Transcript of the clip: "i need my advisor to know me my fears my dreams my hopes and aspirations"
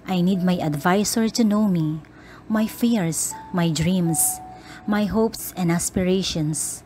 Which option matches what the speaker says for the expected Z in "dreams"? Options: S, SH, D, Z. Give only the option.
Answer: S